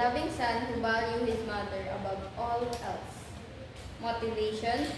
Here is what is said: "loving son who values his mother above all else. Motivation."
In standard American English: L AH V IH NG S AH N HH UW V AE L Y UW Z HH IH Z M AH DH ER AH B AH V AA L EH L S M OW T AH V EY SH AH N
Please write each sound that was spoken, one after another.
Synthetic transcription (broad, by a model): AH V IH NG S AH N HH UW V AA L Y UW HH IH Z M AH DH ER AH B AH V AA L EH L S M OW T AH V EY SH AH N